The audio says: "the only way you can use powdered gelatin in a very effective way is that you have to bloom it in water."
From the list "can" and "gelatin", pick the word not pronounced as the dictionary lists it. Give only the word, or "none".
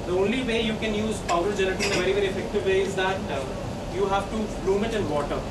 gelatin